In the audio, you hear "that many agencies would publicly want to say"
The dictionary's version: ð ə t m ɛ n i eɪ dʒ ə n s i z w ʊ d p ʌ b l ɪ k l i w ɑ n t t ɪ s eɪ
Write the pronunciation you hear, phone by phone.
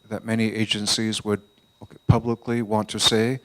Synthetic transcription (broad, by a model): ð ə t m ɛ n i eɪ dʒ ə n s i z w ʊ d p ʌ b l ɪ k l i w ɑ n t t ɪ s eɪ